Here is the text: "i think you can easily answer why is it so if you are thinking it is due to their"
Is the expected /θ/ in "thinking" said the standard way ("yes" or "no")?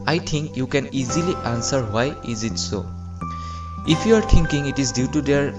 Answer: no